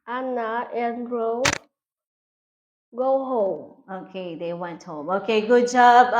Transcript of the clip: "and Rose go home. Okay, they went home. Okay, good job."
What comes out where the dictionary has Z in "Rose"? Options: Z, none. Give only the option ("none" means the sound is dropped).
none